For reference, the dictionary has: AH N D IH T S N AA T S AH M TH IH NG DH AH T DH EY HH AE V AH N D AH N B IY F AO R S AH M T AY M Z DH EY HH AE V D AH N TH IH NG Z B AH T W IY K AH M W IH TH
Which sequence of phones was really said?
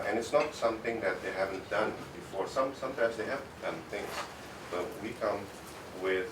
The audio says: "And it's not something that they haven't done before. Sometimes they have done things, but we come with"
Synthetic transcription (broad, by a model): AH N IH T S N AA T S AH M T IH NG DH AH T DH EY HH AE V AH N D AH N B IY F AO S S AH M T AY M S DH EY HH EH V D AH N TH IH NG S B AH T W IY K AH M W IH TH